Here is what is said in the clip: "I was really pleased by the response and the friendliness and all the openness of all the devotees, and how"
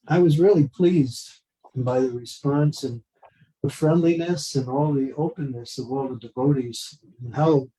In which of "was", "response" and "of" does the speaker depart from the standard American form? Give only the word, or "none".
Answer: none